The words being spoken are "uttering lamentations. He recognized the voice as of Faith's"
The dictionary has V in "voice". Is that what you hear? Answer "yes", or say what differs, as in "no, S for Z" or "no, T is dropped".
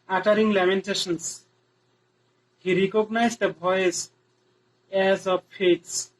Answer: no, B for V